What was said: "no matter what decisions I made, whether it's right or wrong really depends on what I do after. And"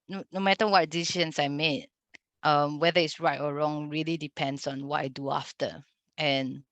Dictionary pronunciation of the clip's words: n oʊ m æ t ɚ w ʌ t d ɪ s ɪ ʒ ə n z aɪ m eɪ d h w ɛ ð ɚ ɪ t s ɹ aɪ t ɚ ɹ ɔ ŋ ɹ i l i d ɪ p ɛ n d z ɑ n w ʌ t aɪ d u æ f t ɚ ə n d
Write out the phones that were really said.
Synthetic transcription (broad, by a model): n oʊ m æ t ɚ w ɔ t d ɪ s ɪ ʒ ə n s aɪ m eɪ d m w ɛ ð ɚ ɪ t s ɹ aɪ t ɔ ɹ ɔ ŋ ɹ i l i d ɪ p ɛ n d s ɑ n w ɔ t aɪ d u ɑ f t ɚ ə n